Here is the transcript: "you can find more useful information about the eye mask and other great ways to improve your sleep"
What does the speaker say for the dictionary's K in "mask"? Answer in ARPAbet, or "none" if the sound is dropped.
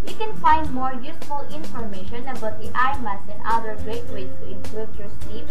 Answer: none